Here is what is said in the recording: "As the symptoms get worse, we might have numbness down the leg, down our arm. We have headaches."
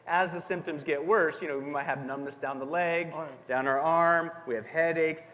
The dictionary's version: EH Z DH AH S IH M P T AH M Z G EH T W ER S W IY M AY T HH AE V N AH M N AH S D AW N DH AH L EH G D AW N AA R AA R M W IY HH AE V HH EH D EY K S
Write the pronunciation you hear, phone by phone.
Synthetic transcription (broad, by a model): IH Z DH AH S IH M P T AH M Z G EH T W ER S W IY M AY T HH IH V N AH M N AH S D AW N DH AH L EH G D AW N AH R AA R M W IY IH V HH EH D EY K S